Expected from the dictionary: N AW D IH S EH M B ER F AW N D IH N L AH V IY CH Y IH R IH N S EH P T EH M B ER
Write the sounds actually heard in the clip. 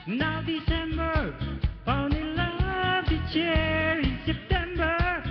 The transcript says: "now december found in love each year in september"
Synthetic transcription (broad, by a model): N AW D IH S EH M B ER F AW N IH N L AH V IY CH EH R IH N S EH P T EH M B ER